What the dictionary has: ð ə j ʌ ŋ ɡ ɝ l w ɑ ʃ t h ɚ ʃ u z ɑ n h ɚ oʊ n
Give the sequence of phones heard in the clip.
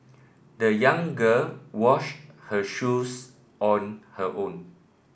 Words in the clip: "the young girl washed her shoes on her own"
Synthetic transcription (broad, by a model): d ə j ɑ ŋ ɡ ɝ l w ɑ ʃ t h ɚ ʃ u s ɑ n h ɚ oʊ n